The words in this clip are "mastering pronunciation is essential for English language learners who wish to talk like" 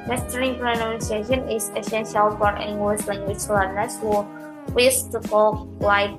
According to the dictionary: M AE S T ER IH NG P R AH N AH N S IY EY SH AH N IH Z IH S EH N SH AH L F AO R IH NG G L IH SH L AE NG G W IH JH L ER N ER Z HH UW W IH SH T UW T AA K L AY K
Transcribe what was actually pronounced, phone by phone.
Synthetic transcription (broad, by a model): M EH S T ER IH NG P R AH N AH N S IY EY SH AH N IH S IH S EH N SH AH L F AO R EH NG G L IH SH L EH NG G W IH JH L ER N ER S HH UW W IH S T UW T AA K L AY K